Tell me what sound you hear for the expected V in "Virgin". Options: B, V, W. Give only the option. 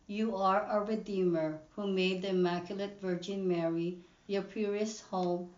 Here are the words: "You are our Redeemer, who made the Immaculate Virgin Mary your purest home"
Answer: V